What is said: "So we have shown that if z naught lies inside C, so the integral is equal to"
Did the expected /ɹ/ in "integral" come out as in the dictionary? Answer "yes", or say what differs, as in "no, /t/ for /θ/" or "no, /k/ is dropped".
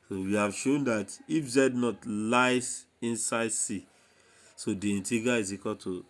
no, /ɹ/ is dropped